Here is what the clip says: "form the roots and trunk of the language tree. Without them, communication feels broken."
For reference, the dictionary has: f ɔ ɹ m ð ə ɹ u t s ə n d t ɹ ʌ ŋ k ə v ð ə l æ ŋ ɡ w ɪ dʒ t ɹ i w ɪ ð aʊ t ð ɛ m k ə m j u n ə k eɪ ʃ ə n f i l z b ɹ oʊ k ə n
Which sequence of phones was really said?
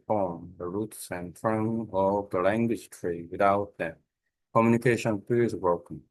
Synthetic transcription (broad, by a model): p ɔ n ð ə ɹ u t s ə n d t ɹ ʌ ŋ ə v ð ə l æ ŋ ɡ w ɪ dʒ t ɹ i w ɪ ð aʊ t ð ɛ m k ə m j u n ə k eɪ ʃ ə n p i z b ɹ oʊ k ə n